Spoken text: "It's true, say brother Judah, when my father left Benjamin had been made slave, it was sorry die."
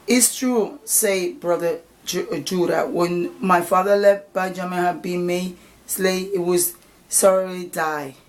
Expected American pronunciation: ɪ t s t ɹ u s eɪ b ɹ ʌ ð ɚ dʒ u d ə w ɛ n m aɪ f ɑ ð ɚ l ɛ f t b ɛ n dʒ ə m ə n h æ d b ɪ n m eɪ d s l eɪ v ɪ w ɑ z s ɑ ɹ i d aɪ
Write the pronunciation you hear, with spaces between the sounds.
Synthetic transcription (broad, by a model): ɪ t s t ɹ u s eɪ b ɹ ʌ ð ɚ dʒ u d ə w ɛ n m aɪ f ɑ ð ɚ l ɛ f t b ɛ dʒ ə m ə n h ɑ b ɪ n m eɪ s l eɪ ɪ w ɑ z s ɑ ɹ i d aɪ